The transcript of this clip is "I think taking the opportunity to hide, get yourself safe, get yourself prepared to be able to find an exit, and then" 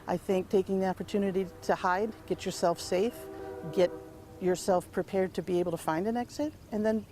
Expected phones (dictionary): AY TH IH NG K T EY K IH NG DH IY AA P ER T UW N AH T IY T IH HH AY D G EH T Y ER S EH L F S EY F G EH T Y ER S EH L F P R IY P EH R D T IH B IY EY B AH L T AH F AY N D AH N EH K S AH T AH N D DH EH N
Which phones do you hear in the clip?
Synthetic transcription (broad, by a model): AY TH IH NG K T EY K IH NG DH IY AA P ER T UW N AH T IY T IH HH AY D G EH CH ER S EH L F S EY F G EH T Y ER S EH L F P R IY P EH R D T IH B IY EY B L T AH F AY N D AH N EH K S AH T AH N DH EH N